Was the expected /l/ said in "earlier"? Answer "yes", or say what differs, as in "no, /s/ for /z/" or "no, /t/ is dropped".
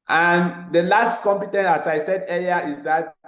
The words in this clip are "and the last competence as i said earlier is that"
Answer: no, /l/ is dropped